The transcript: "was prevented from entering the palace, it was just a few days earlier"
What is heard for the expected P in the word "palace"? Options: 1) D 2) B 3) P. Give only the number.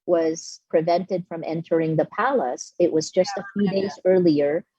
3